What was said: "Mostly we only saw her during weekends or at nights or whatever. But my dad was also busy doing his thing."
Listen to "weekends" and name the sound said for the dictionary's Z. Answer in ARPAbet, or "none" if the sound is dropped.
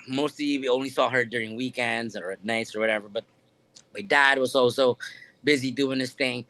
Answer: Z